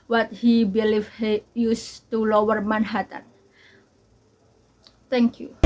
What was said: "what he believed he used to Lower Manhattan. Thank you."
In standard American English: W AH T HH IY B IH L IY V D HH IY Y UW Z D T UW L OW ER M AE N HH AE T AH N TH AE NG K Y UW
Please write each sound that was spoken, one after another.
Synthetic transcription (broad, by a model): W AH T HH IY B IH L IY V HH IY Y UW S T UW L OW ER M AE N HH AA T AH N T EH NG K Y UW